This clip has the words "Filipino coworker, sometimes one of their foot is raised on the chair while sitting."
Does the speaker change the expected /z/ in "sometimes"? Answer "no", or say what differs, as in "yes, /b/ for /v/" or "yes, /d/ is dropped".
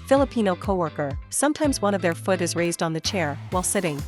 no